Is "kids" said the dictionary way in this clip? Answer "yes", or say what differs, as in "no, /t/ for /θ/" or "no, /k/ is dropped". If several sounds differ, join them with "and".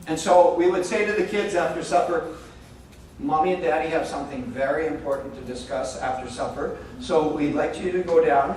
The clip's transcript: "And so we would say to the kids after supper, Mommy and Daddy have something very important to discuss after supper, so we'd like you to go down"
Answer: yes